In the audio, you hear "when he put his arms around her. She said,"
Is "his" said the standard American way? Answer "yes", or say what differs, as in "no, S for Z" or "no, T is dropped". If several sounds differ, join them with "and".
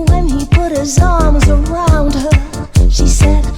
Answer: yes